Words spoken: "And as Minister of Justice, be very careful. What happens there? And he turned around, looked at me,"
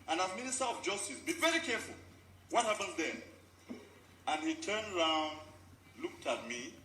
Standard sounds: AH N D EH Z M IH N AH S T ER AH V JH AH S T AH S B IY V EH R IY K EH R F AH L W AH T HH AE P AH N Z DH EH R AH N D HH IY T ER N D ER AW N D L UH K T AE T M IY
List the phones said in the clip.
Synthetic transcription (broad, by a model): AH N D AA M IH N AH S T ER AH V JH AH S T AH S B IY V EH R IY K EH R F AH L W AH T HH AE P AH N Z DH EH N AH N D HH IY T ER N D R AW N D L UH K T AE T M IY